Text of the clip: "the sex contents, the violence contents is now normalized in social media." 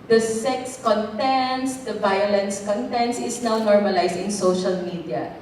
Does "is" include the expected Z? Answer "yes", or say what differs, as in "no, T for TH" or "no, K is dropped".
no, S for Z